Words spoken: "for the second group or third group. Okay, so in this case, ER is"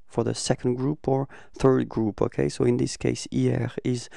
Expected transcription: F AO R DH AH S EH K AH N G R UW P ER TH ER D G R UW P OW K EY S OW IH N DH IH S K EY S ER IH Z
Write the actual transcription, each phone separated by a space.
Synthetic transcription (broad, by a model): F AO R DH AH S EH K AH N G R UW P ER TH ER D G R UW P OW K EY S OW IH N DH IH S K EY S ER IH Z